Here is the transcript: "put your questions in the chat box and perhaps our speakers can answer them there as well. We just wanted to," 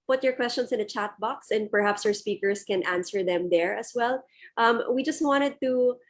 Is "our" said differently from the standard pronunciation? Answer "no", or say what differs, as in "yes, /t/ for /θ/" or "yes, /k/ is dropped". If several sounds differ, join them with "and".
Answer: no